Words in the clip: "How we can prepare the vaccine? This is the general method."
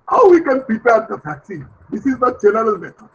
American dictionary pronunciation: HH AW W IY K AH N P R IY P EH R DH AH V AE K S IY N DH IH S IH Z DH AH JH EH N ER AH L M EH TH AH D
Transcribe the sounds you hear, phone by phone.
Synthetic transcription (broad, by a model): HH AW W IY K AH N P IY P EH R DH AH F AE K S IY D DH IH S IH Z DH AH JH EH N ER AH L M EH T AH